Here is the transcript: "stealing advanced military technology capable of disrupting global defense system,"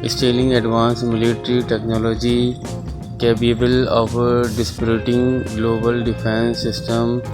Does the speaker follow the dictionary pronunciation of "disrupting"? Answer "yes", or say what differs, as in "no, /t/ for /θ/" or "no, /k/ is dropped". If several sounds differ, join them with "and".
no, /p/ is dropped